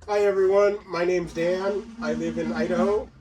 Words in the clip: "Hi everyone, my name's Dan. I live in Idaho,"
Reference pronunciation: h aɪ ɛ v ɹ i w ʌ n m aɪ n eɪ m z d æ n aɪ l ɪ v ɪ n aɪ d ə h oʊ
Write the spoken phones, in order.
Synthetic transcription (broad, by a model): aɪ ɛ v ɹ i w ʌ n m aɪ n eɪ m z d æ n aɪ l ɪ v ɪ n aɪ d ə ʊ